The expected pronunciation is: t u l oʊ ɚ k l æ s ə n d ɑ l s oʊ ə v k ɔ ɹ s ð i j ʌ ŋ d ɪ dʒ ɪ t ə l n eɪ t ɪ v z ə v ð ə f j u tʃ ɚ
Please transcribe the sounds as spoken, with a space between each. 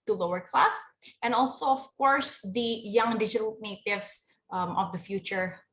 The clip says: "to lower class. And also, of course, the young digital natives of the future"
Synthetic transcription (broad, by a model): t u l oʊ ɚ k l æ s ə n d ɑ l s oʊ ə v k ɔ ɹ s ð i j ʌ ŋ d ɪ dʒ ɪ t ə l n eɪ t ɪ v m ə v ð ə f j u tʃ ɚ